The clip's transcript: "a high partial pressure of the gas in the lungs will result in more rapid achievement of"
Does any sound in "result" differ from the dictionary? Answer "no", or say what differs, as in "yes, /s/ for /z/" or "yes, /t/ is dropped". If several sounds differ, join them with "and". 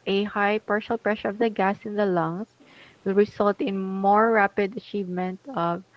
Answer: yes, /s/ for /z/